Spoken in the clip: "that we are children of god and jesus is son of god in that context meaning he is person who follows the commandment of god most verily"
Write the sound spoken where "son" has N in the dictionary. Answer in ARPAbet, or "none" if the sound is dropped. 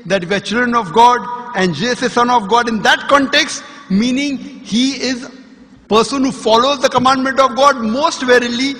N